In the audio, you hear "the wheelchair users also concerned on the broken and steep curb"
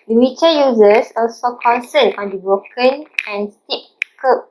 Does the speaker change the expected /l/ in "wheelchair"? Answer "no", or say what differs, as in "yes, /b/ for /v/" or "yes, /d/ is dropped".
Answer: yes, /l/ is dropped